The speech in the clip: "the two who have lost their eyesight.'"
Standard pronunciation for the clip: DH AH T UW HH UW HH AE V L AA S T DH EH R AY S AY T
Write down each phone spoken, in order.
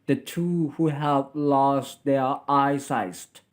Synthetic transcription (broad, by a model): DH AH T UW HH UW HH AE V L AA S T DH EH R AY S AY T